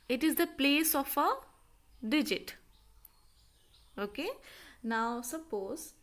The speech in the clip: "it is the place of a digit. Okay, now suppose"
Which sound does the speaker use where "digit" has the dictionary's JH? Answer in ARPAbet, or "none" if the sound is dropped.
JH